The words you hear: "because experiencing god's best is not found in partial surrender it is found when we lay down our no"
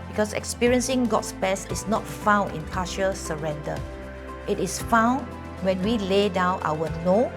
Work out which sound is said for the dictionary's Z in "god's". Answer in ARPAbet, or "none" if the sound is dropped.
S